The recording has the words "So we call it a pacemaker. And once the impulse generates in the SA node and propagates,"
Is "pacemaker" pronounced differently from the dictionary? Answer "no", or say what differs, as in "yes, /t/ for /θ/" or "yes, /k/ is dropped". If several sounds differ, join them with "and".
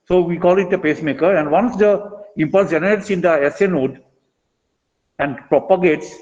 no